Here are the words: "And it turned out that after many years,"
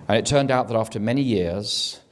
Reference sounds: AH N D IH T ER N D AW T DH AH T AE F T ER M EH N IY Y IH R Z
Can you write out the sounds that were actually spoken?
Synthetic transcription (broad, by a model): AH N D IH T ER N D AW T DH AH T AE F T ER M EH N IY Y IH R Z